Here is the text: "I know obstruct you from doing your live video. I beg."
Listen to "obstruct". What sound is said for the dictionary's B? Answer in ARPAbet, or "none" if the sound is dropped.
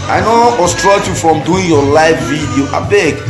none